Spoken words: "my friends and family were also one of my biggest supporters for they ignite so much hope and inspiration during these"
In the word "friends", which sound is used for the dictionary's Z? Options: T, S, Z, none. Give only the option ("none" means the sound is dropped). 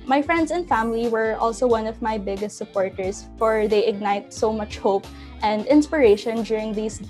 S